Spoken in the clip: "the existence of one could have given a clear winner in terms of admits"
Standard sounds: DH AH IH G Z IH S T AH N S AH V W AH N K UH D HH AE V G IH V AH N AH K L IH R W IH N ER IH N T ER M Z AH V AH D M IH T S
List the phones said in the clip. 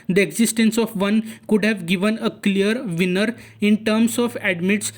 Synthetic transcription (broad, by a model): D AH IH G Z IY S T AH N S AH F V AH N K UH D HH AE V G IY V AH N AH K L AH R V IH N ER IH N T ER M S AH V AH D M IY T S